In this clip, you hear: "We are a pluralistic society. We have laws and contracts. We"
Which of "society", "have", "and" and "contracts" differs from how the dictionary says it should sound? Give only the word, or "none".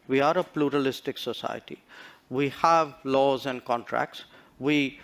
none